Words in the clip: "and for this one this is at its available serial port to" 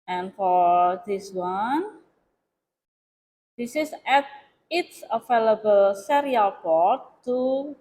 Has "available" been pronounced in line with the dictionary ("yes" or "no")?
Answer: no